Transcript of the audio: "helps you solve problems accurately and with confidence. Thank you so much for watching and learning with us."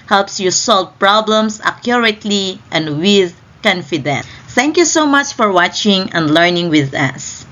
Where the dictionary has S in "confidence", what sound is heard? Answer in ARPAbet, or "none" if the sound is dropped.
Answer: none